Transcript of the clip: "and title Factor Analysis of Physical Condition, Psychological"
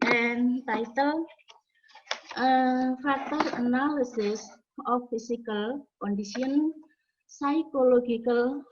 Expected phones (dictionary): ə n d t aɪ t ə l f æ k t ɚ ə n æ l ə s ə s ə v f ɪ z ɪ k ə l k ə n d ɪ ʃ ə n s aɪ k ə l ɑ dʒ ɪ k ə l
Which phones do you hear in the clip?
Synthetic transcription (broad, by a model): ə n t aɪ t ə l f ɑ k t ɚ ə n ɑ l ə s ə s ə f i s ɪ k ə l k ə n d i s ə n s aɪ k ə l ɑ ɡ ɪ k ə l